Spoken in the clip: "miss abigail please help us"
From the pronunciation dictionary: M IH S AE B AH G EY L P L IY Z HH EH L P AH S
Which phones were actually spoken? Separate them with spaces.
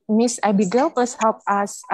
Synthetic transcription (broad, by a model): M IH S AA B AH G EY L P L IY S HH EH L P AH S